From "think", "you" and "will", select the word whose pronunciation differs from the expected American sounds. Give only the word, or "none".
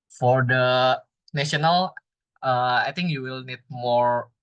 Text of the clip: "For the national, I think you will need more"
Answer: think